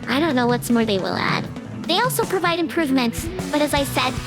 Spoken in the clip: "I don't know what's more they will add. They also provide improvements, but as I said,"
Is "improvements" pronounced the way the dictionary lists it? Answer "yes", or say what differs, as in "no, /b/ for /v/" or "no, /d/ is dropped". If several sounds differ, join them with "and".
yes